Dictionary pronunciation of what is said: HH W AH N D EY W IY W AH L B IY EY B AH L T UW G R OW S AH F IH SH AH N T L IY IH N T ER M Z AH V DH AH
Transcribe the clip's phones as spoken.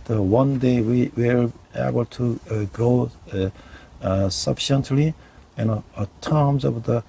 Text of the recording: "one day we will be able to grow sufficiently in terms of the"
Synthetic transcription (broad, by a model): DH W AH N D EY W IY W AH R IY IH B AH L T UW G OW S AH F IH SH AH N T L IY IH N T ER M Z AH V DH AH